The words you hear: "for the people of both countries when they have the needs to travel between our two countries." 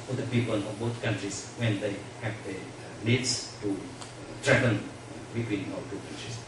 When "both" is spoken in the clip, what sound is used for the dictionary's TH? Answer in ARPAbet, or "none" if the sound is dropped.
T